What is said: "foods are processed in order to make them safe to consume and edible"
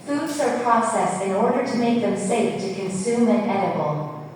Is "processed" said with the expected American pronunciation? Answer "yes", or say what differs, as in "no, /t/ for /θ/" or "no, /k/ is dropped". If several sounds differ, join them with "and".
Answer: no, /t/ is dropped